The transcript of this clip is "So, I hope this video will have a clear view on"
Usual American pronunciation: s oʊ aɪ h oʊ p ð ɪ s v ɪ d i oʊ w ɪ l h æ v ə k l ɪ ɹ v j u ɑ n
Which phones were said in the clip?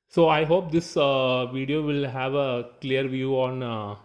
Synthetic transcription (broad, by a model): s oʊ aɪ h oʊ p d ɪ s v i d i oʊ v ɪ l h æ v ə k l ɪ ɹ v j u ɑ n